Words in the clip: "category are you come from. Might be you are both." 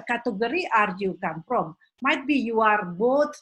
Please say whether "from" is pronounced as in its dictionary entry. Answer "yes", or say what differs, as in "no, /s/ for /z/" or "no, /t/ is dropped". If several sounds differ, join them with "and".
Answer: no, /p/ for /f/